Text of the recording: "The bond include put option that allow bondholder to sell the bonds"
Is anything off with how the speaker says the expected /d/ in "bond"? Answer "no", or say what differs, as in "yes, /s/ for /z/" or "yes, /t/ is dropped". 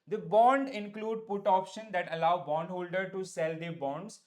no